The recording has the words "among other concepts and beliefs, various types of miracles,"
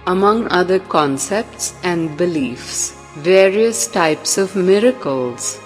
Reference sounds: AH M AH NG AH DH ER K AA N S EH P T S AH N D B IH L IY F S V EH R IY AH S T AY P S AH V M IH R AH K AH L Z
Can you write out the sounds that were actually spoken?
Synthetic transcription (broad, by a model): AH M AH NG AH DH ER K AA N S EH P T S AH N D B IH L IY F S V EH R IY AH S T AY P S AH V M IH R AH K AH L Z